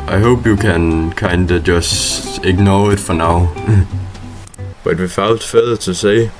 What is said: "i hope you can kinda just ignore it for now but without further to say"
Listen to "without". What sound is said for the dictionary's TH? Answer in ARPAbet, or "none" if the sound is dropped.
F